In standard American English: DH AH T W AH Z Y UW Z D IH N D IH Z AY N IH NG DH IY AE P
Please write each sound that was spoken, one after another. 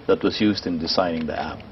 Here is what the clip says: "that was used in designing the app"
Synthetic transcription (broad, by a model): DH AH T W AH Z Y UW Z D IH N D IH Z AY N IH NG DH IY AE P